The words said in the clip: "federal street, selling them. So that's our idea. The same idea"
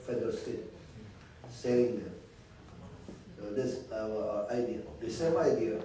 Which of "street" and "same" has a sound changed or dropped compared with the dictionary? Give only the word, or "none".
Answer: street